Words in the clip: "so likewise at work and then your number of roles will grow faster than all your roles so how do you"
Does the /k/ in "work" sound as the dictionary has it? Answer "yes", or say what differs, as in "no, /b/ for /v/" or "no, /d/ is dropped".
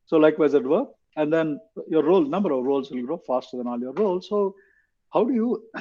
no, /k/ is dropped